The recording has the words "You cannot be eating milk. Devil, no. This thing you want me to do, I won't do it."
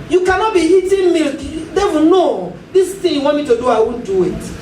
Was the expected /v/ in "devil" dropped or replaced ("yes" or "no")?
yes